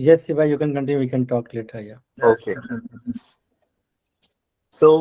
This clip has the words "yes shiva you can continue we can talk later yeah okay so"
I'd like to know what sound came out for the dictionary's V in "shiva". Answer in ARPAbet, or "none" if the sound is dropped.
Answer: B